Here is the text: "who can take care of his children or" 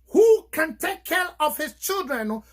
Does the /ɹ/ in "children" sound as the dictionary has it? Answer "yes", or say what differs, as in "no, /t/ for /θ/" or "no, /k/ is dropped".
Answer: yes